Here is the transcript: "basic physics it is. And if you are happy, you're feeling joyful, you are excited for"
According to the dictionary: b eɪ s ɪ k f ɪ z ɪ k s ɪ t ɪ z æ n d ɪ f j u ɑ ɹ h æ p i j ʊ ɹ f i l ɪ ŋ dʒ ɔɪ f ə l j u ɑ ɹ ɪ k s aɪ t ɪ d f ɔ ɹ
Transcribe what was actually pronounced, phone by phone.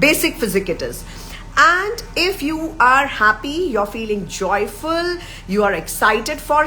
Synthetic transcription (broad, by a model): b eɪ s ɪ k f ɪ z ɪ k ɪ t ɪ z æ n d ɪ f j u ɑ ɹ h æ p i j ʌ ɹ f i l ɪ ŋ dʒ ɔɪ f ə l j u ɑ ɹ ɪ k s aɪ t ɪ d f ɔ ɹ